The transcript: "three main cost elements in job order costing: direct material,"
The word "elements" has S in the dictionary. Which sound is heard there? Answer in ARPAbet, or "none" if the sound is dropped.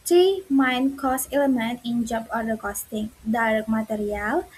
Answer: none